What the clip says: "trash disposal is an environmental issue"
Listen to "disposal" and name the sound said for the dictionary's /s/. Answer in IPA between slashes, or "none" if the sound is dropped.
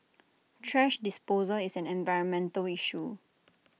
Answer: /s/